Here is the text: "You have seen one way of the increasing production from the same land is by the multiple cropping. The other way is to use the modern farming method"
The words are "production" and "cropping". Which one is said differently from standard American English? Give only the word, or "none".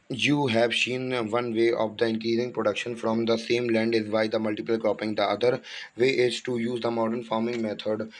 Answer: cropping